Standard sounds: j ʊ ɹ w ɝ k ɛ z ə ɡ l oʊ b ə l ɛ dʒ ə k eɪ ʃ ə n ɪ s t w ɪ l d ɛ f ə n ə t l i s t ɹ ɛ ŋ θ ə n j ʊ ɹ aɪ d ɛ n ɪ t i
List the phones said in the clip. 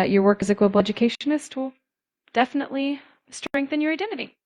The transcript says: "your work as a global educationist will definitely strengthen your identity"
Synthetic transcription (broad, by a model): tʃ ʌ ɹ w ɝ k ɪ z ə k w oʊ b l ɛ dʒ ə k eɪ ʃ ə n ɪ s t w ɪ l d ɛ f ə n ə t l i s t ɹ ɛ ŋ θ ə n j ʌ ɹ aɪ d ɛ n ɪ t i